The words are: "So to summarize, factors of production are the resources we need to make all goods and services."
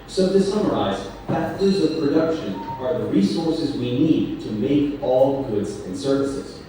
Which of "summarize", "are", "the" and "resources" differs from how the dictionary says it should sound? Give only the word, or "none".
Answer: none